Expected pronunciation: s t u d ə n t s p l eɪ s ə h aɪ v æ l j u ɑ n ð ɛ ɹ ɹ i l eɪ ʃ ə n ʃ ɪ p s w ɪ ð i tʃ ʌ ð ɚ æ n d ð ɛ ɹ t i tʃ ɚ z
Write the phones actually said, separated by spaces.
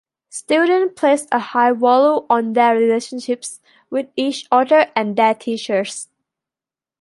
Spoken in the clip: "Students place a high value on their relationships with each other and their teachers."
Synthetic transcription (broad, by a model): s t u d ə n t p l eɪ s ə h aɪ w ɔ l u ɑ n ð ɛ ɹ ɹ i l eɪ ʃ ə n ʃ ɪ p s w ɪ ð i tʃ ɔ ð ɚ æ n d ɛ t i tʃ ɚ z